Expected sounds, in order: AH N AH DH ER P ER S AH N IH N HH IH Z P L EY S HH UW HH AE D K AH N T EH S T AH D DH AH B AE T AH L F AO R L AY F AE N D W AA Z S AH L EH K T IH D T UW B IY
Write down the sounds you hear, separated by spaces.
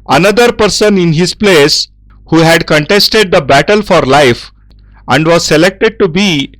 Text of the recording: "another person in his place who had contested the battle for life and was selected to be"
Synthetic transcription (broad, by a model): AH N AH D ER P ER S AH N IH N HH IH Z P L EY S HH UW HH AE D K AH N T EH S T AH D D AH B AE T AH L F AO R L AY F AE N D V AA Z S AH L EH K T IH D T UW B IY